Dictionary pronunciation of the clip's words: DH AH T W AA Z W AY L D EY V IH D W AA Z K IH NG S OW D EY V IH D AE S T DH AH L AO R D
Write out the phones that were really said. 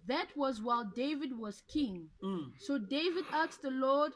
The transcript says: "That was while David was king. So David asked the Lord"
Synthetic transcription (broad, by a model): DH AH T W AA Z W AY L D EY V IH D W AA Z K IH NG S OW D EY V IH D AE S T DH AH L AO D